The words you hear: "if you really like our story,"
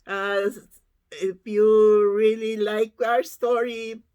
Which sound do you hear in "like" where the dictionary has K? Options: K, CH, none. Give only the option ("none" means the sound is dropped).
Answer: K